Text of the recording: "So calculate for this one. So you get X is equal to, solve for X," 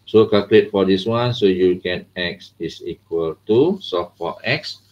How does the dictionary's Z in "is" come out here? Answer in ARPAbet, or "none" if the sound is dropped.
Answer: S